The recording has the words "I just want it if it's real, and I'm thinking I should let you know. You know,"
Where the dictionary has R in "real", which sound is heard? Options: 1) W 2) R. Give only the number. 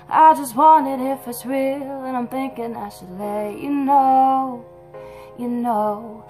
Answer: 1